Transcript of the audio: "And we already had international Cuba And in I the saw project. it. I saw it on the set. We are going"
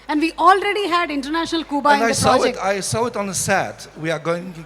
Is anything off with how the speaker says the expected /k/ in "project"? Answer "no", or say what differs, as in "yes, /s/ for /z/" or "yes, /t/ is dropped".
yes, /k/ is dropped